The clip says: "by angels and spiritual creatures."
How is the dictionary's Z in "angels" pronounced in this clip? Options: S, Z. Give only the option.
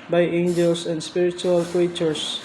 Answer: S